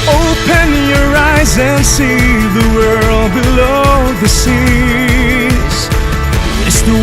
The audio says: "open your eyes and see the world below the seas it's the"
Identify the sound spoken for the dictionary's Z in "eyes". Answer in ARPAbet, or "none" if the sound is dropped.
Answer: Z